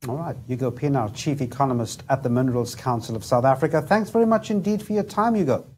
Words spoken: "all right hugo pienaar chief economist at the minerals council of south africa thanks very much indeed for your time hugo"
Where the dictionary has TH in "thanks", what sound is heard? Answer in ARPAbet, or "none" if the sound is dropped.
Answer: TH